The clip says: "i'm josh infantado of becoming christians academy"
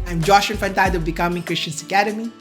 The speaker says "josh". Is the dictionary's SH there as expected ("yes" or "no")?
yes